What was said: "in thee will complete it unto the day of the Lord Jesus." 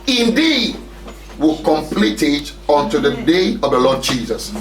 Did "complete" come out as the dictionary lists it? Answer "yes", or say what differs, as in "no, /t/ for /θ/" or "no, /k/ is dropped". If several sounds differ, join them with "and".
yes